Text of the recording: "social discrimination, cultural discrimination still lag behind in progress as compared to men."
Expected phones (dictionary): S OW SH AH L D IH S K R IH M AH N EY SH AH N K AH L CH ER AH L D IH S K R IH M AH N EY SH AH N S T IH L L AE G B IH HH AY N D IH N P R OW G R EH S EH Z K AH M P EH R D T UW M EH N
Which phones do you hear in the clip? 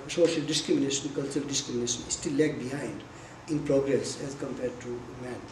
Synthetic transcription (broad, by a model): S OW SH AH L D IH S K R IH M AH N EY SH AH N K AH L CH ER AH L D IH S K R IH M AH N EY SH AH N S T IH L L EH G B IH HH AY N D IH N P R OW G R EH S EH Z K AH M P EH R D T UW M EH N